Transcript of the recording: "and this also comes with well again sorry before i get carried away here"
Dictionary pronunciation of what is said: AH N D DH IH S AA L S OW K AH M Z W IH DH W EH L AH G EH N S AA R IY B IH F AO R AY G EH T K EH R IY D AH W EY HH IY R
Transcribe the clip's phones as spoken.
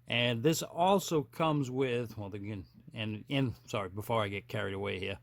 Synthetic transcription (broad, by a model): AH N DH IH S AA L S OW K AH M Z W IH DH W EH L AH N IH N S AA R IY B IH F AO R AY G EH T K EH R IY D AH W EY HH IY R